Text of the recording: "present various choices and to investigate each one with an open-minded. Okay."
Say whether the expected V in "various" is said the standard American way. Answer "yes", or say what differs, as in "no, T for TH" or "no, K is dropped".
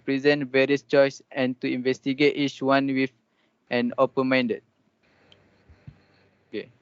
yes